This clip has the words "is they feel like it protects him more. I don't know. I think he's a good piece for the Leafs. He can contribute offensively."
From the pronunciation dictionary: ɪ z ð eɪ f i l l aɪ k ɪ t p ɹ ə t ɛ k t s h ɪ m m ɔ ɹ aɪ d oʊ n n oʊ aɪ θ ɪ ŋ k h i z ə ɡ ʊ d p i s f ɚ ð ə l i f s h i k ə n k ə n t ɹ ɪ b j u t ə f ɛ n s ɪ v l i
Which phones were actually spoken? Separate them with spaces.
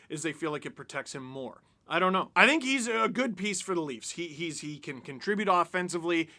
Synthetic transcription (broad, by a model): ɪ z ð eɪ f i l l aɪ k ɪ t p ɹ ə t ɛ k t s h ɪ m m ɔ ɹ aɪ d oʊ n n oʊ aɪ θ ɪ ŋ k h i z ə ɡ ʊ d p i s f ɚ ð ə l i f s h i k ə n k ə n t ɹ ɪ b j u t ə f ɛ n s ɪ v l i